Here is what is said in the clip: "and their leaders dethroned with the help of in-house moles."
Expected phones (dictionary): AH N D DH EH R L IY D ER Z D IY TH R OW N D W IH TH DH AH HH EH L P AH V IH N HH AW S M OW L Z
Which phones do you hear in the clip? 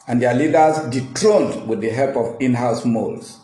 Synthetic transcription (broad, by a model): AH N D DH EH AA L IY D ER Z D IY T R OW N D W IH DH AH HH EH L P AH V IH N HH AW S M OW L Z